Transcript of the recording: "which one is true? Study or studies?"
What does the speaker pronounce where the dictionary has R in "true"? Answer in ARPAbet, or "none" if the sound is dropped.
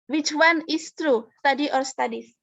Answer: R